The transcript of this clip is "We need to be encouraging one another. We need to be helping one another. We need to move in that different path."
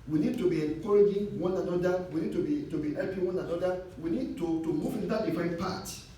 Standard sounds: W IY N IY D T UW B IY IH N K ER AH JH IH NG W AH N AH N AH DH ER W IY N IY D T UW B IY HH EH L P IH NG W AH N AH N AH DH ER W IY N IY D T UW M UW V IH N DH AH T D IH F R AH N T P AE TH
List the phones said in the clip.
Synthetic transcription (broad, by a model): W IY N IY D T UW B IY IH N K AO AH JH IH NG W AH N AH N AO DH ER W IY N IY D T UW B IY HH EH L P IH NG W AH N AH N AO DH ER W IY N IY D T UW M UW V IH N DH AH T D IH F AH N P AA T